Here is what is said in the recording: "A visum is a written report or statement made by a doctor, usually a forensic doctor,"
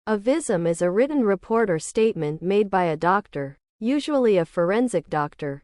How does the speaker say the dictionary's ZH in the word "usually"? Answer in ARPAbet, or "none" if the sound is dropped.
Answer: ZH